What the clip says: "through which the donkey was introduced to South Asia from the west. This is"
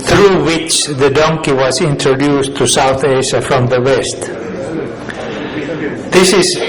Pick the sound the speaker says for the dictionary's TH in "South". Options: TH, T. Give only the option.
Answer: TH